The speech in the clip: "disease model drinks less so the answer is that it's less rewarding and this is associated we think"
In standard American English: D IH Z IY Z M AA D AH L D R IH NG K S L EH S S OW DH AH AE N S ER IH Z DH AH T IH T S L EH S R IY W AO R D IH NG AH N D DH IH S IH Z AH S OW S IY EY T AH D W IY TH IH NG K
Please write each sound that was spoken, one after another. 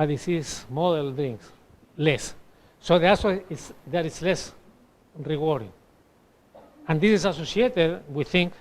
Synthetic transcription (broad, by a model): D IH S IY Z M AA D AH L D R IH NG K S L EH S S OW DH AH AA S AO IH S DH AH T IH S L EH S R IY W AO R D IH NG AH N D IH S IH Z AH S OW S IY EY T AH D W IY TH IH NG K